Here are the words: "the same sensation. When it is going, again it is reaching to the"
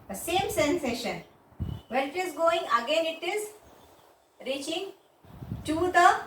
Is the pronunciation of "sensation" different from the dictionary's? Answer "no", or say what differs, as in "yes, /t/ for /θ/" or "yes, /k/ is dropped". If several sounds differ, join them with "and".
no